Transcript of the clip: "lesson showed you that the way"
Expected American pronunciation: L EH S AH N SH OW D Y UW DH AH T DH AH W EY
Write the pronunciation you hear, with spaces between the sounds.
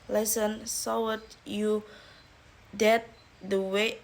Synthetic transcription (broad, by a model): L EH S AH N S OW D Y UW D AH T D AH W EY